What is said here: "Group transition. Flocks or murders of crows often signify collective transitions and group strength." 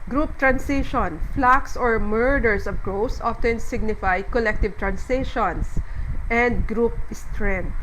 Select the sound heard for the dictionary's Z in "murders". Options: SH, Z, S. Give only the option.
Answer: S